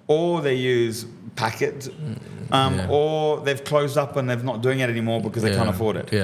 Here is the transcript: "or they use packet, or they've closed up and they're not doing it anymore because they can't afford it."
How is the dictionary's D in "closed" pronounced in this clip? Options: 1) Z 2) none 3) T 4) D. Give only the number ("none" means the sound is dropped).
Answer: 4